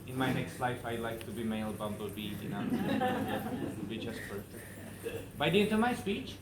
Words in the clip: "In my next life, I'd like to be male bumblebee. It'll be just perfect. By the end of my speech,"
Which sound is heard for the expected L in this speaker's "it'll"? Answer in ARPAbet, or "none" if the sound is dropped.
N